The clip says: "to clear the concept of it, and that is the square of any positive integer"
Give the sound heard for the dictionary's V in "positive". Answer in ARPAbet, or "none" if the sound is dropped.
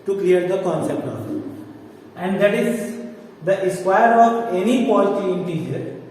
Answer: none